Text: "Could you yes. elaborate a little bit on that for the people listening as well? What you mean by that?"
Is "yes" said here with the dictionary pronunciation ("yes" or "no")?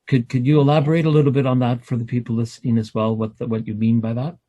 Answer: no